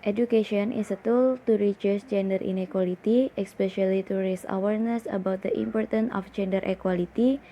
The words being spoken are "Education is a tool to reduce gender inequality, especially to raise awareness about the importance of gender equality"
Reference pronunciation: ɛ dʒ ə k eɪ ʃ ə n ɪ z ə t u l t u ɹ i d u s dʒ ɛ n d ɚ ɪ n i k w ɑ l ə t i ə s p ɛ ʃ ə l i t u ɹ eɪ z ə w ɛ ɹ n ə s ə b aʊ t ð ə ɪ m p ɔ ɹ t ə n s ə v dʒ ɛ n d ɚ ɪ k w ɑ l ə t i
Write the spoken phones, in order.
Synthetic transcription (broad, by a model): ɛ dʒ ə k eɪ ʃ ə n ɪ s ə t u l t u ɹ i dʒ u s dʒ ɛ n d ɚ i n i k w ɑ l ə t i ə s p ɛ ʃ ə l i t u ɹ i s ə w ɛ ɹ n ə s ə b aʊ t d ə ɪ m p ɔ ɹ t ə n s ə f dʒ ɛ n d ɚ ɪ k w ɑ l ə t i